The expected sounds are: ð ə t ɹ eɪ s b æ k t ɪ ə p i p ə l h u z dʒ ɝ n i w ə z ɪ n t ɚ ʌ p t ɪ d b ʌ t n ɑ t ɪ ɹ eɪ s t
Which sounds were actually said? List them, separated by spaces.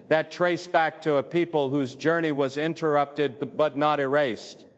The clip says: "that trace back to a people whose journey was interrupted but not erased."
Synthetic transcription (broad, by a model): ð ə t ɹ eɪ s b æ k t ɪ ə p i p ə l h u z dʒ ɝ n i w ə z ɪ n t ɚ ʌ p t ɪ d b ʌ t n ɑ t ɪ ɹ eɪ s t